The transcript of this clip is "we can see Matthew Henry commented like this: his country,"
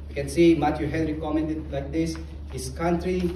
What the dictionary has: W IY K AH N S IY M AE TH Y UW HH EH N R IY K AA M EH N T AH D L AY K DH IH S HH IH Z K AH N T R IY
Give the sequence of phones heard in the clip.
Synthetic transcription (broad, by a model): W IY K AH N S IY M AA T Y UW HH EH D R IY K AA M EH N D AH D L AY K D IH S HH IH S K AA N T R IY